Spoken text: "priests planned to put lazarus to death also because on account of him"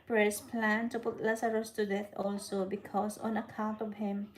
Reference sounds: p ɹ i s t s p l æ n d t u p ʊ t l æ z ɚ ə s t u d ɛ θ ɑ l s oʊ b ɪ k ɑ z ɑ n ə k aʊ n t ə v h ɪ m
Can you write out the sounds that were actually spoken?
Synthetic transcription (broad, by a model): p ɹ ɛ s s p l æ n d t u p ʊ t l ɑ s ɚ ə s t u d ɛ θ ɑ l s oʊ b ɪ k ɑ s ɑ n ə k aʊ n t ə v h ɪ m